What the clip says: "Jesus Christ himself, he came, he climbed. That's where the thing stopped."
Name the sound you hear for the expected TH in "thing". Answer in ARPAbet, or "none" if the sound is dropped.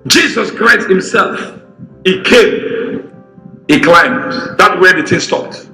T